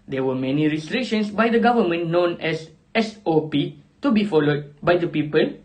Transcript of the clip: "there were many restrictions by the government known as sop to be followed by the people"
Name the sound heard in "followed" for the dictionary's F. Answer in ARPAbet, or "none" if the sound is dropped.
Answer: F